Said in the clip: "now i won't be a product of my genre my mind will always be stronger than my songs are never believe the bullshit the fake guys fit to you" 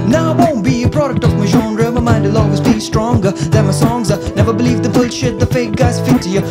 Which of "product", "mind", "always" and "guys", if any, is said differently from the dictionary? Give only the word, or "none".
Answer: always